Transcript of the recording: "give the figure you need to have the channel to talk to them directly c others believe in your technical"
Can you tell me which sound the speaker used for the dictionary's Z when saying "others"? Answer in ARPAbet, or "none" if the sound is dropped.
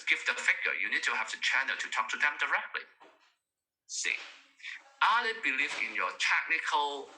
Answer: none